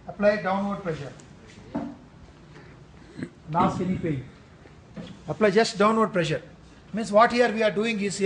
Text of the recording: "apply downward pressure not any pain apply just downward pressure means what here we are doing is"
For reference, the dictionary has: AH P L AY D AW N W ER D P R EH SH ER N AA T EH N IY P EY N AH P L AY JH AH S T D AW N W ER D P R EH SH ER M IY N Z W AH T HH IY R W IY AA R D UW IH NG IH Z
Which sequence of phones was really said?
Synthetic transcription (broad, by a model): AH P L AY D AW N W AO D P R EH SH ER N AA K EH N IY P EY AH P L AY JH AH S T D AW N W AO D P R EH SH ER M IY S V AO T HH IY R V IY AA R D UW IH NG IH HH